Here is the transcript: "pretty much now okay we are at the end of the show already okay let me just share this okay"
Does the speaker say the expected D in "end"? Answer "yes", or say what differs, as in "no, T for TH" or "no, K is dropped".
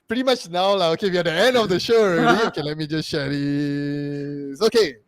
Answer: yes